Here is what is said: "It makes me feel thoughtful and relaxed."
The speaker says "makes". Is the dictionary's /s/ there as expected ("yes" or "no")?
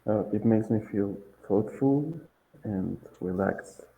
yes